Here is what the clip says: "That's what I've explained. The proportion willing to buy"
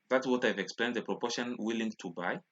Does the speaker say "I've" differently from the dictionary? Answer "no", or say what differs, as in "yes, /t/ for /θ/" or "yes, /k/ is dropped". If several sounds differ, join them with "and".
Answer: no